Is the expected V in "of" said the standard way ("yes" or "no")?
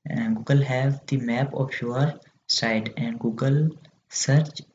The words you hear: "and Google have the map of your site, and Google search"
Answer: no